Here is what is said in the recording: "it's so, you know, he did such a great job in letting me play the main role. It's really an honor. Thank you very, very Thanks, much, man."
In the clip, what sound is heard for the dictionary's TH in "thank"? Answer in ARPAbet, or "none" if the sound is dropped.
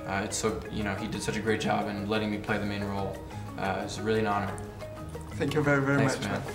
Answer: TH